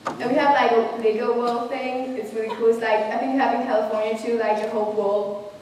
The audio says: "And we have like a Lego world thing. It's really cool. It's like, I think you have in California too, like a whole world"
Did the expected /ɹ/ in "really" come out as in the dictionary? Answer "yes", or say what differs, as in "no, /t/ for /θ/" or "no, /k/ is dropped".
no, /w/ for /ɹ/